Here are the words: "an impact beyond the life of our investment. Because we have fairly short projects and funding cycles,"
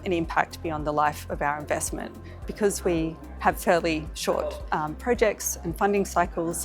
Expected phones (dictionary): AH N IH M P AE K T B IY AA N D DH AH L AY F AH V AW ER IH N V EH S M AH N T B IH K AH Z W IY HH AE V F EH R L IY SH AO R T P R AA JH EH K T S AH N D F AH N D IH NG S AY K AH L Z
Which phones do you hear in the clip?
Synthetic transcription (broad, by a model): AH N IH M P AE K T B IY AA N DH AH L AY F AH V AW ER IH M V EH S M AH N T B IH K AH Z W IY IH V F EH R L IY SH AO R T P R AA JH EH K T S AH N F AH N D IH NG S AY K L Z